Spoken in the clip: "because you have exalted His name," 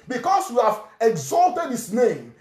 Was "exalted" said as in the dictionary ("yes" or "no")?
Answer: yes